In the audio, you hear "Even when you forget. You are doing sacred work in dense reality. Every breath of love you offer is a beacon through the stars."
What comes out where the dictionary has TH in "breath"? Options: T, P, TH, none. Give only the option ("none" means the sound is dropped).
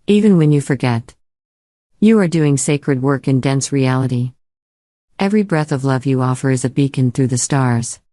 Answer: TH